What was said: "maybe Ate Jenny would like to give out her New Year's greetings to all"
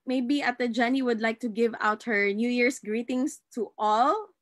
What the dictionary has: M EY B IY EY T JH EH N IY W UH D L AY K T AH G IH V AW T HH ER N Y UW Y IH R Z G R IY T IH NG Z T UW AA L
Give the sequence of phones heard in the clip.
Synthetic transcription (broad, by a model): M EY B IY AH T JH EH N IY W UH D L AY K T AH G IH V AW T HH ER N Y UW Y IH R S G R IY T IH NG S T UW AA L